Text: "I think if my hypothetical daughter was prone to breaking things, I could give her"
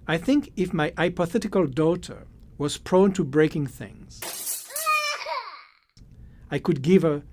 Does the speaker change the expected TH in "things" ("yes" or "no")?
no